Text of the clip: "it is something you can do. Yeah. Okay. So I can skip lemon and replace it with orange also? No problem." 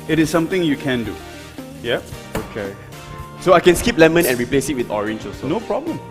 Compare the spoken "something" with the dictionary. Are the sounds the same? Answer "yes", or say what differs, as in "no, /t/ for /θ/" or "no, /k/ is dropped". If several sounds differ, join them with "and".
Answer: no, /t/ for /θ/